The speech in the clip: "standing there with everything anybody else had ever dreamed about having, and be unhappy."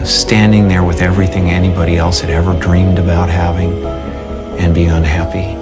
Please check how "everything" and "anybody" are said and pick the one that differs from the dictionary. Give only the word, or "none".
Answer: none